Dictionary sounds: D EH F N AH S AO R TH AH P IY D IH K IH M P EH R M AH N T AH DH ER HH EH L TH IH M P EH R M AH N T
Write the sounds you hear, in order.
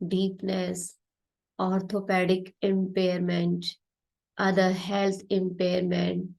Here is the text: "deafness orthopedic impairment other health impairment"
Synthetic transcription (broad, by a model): D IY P N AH S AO R T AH P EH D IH K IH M P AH R M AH N T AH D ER HH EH L T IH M P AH R M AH N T